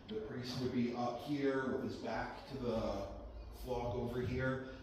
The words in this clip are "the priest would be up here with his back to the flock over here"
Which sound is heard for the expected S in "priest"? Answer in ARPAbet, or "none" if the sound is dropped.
none